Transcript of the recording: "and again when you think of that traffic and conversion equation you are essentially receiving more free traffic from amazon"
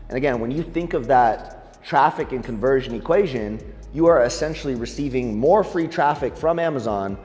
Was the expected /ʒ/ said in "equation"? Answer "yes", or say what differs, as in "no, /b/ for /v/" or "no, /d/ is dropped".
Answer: yes